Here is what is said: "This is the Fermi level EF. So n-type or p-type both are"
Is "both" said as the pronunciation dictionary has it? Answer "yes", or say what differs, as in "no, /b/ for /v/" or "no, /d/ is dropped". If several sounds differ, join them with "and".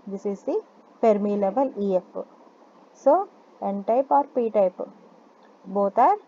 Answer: no, /t/ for /θ/